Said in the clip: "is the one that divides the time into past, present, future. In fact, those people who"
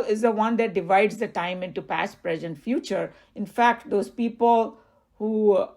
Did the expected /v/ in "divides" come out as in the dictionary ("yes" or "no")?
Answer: yes